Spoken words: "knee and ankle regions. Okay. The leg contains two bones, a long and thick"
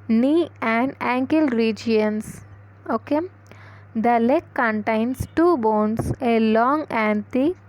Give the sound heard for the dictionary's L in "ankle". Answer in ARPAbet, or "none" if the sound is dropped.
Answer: L